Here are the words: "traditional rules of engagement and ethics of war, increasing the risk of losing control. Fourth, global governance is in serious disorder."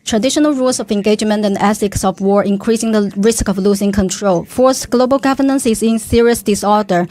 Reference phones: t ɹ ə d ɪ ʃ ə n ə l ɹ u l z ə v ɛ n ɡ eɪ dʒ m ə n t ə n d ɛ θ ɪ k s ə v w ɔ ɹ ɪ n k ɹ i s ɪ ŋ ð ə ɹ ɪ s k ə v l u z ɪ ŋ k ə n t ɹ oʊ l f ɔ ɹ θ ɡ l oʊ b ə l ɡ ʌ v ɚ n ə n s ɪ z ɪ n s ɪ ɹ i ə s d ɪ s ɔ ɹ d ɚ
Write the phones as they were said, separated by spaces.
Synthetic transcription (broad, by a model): t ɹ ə d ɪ ʃ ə n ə l ɹ u l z ə v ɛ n ɡ eɪ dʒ m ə n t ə n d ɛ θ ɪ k s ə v w ɔ ɹ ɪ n k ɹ i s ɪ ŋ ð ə ɹ ɪ s k ə v l u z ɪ ŋ k ə n t ɹ oʊ l f ɔ ɹ s ɡ l oʊ b ə l ɡ ʌ v ɚ n ə n s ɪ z ɪ n s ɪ ɹ i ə s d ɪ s ɔ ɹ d ɚ